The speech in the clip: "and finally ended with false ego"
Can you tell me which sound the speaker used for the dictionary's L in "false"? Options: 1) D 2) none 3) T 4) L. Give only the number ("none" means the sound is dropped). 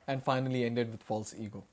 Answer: 4